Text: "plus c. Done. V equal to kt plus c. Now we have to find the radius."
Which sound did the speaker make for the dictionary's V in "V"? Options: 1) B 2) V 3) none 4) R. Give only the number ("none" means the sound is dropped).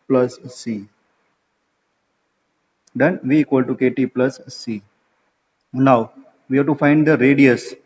2